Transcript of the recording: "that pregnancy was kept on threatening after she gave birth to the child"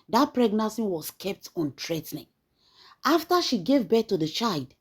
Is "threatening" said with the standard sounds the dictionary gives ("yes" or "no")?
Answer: no